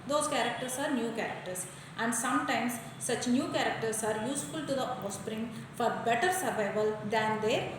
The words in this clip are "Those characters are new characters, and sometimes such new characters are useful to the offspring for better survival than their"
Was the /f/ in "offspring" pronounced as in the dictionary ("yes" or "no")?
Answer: no